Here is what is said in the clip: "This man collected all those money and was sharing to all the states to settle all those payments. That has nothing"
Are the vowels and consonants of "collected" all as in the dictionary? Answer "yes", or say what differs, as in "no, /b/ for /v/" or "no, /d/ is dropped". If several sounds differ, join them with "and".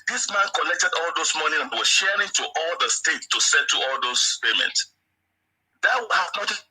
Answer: no, /n/ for /l/